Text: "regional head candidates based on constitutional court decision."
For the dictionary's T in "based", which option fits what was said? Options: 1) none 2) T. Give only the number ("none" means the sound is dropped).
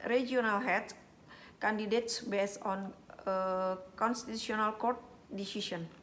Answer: 1